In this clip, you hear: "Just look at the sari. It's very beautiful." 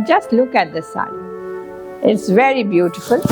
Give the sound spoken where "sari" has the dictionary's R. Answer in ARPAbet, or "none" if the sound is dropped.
none